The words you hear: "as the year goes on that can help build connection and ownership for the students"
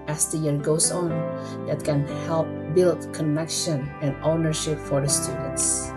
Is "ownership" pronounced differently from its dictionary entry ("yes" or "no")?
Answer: no